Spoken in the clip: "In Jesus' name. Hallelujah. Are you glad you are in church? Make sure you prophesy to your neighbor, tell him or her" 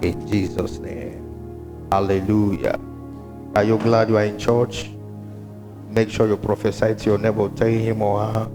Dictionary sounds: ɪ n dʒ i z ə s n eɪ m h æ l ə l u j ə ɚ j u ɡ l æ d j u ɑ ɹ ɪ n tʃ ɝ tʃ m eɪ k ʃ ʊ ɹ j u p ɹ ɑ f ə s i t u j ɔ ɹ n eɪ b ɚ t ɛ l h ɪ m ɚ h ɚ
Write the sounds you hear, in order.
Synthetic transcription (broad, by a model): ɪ n dʒ i z ə s n eɪ m h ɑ l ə l u j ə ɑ j u ɡ l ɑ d j u ɑ ɹ ɪ n tʃ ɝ tʃ m eɪ k ʃ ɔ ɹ j u p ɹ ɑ f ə s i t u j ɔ n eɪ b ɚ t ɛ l h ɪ m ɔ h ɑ